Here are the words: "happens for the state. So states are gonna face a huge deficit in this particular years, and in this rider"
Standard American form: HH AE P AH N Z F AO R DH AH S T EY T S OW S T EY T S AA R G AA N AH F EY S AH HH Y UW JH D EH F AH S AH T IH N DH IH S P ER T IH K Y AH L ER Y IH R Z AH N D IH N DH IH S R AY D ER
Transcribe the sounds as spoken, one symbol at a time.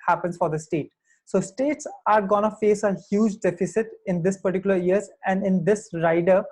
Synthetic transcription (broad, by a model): HH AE P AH N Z F AO R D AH S T EY T S OW S T EY T S AA R G AA N AH F EY S AH HH Y UW JH D EH F AH S AH T IH N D IH S P ER T IH K Y AH L ER Y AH R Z AH N D IH N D IH S R AY D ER